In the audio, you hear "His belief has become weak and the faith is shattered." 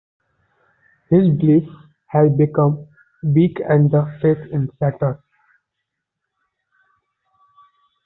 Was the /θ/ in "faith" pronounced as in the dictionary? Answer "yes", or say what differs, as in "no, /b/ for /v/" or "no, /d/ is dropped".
no, /t/ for /θ/